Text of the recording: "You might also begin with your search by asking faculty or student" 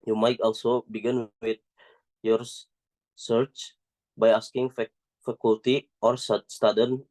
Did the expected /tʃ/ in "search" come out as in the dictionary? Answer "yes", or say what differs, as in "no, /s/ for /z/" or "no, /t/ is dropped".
yes